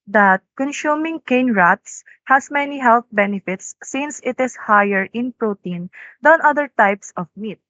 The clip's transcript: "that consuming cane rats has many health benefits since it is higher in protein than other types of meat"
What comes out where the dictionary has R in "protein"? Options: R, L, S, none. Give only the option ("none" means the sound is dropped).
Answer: R